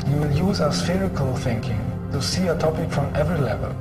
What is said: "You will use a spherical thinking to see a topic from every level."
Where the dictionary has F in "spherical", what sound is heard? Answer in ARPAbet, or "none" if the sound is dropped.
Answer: F